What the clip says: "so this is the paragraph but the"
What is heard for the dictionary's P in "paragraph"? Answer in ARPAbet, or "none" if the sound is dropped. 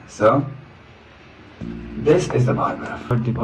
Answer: B